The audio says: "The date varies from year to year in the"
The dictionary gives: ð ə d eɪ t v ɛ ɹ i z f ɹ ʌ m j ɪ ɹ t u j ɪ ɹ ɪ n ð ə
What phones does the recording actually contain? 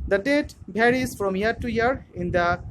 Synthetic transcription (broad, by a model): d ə d eɪ t b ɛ ɹ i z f ɹ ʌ m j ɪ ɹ t u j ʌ ɹ ɪ n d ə